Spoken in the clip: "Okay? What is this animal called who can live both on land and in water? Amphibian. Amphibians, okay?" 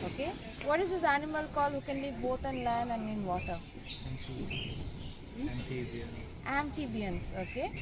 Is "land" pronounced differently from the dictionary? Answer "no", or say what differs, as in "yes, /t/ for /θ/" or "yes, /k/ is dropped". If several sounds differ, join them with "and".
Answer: yes, /d/ is dropped